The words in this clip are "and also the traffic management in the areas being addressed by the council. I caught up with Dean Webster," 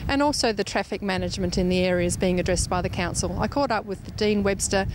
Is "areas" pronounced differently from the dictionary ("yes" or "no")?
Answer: no